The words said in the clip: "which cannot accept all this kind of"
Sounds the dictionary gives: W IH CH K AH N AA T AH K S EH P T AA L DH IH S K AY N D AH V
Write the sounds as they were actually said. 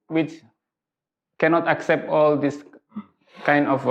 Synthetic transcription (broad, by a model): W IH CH K AH N AA T AH K S EH P T AA L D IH S K AY N D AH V